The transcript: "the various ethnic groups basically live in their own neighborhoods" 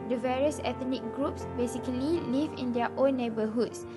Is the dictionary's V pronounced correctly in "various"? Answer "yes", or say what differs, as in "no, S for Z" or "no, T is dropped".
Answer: yes